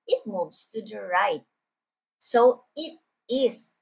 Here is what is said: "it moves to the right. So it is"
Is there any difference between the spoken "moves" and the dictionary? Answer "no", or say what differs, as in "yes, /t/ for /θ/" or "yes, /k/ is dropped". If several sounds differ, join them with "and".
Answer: yes, /s/ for /z/